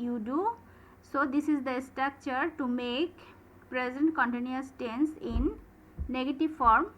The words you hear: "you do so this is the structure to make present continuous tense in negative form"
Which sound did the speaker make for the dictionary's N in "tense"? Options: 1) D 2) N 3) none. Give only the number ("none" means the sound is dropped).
2